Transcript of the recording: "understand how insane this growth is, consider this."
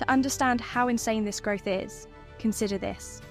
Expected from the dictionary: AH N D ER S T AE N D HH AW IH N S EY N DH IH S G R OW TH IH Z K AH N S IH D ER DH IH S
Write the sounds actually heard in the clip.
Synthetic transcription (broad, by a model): AH N D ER S T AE N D HH AW IH N S EY N DH IH S G R OW TH IH Z K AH N S IH D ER DH IH S